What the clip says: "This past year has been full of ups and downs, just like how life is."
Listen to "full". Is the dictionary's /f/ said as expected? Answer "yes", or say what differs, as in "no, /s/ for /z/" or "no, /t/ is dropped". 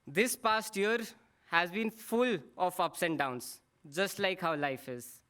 yes